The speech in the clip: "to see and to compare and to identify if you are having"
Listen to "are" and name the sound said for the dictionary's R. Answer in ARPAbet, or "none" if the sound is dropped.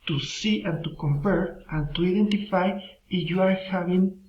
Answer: R